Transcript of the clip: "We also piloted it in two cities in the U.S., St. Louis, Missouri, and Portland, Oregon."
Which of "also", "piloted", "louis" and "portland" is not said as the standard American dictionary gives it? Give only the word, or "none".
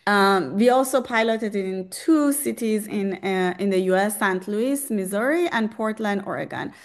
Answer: none